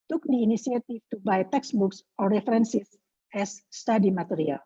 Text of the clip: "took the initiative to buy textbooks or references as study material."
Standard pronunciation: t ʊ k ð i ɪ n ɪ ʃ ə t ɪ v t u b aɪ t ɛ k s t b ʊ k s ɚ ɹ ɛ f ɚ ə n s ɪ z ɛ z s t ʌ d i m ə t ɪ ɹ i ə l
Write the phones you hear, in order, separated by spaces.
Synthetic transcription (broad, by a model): t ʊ k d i n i s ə t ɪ f t u b aɪ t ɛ k s b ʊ k s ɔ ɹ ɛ f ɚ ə n s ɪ s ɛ s t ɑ d i m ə t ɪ ɹ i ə l